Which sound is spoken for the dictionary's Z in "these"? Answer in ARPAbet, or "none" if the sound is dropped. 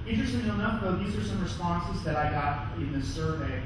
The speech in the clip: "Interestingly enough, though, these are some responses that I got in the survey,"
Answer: Z